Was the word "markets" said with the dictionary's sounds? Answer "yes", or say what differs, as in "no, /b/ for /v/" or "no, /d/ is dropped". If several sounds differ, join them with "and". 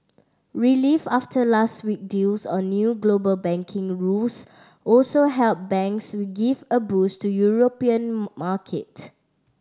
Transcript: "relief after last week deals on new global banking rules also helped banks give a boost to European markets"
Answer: no, /s/ is dropped